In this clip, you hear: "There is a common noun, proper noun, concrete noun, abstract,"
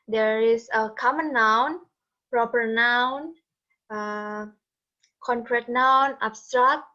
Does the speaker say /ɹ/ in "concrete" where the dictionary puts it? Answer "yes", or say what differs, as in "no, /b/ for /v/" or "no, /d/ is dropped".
yes